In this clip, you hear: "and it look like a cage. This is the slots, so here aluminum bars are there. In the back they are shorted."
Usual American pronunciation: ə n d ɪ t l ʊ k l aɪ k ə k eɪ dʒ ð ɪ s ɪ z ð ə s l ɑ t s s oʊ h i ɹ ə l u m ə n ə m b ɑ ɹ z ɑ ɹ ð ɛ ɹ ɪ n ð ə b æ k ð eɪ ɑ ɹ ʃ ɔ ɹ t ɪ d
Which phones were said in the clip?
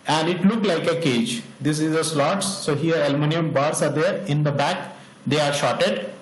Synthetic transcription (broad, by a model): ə n d ɪ t l ʊ k l aɪ k ə k eɪ dʒ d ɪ s ɪ z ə s l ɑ t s s oʊ h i ɹ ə l m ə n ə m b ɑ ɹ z ɑ ɹ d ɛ ɹ ɪ n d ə b æ k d eɪ ɑ ɹ ʃ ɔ t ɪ d